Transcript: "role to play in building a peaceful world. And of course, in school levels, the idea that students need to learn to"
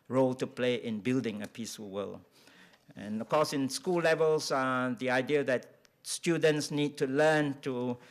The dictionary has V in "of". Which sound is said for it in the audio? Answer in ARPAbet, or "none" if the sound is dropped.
F